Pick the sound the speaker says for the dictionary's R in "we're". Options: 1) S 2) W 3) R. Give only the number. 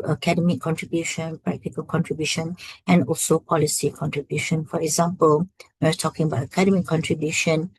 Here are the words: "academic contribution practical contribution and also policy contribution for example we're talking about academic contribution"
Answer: 2